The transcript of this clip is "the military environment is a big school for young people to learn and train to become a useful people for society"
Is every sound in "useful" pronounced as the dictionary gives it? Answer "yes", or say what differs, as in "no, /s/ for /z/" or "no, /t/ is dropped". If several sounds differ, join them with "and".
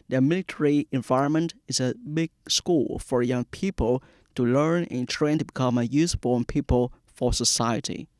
no, /n/ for /l/